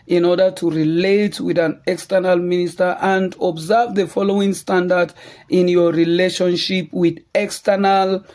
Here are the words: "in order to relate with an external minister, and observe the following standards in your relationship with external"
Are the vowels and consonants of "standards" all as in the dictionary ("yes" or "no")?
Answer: no